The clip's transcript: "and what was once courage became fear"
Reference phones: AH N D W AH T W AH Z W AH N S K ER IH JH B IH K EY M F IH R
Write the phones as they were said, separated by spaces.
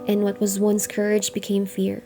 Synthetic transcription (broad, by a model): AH N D W AH T W AH Z W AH N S K ER IH JH B IH K EY M F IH R